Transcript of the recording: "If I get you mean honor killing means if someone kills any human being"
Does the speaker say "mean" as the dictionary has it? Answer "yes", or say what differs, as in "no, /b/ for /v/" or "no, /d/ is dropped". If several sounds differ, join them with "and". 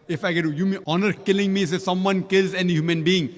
no, /n/ is dropped